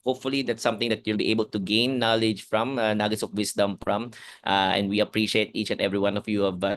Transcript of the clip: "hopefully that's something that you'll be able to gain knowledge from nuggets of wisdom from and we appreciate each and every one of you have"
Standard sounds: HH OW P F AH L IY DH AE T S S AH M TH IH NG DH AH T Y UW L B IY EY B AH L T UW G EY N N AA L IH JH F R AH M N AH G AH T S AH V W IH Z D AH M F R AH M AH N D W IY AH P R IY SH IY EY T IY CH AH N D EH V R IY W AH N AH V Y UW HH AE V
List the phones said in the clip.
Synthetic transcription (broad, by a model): HH OW P F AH L IY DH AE T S S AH M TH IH NG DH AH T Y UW L B IY EY B AH L T UW G EY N N AA L IH JH F R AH M N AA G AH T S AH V W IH S D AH M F R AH M AH N D W IY AH P R IY SH IY EY T IY CH AH N D EH V R IY W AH N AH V Y UW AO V